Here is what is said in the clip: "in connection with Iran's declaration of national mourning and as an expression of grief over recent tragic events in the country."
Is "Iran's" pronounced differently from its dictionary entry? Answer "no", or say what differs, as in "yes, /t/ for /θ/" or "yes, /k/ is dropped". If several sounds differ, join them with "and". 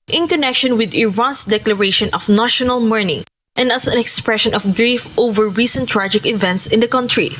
yes, /s/ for /z/